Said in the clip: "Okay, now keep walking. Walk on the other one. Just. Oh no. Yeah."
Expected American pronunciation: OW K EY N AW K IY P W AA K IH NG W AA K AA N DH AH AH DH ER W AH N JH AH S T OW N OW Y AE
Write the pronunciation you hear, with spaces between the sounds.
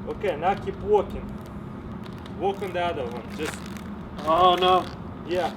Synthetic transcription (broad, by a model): OW K EY N AW K IY P W AA K IH NG W AA K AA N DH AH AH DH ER W AH N JH AH S T OW N OW Y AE